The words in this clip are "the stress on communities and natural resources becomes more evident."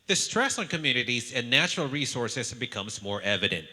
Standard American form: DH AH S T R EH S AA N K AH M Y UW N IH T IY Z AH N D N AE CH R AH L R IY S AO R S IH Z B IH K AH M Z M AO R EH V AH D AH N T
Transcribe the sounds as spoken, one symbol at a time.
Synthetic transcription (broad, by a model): DH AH S T R EH S N K AH M Y UW N IH T IY Z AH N N AE CH R L R IY S AO R S IH Z B IH K AH M Z M AO R EH V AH D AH N T